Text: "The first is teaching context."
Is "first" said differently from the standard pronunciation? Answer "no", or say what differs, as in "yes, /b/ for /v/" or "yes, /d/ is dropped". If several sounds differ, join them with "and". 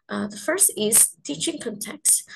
no